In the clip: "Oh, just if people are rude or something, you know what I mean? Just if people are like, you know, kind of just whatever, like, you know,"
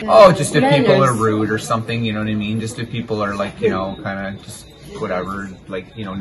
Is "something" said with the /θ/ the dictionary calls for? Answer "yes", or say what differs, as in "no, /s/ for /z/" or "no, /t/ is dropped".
yes